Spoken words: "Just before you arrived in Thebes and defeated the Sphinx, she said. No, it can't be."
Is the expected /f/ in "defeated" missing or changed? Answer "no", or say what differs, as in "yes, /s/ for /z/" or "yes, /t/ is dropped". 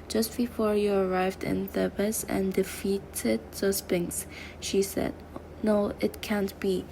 no